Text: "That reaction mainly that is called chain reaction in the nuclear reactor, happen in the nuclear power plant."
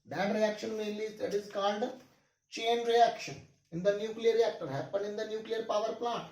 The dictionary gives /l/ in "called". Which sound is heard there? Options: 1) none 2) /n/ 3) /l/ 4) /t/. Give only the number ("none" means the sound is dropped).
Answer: 2